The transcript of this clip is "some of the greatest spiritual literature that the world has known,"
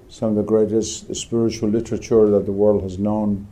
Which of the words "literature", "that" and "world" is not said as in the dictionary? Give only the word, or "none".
none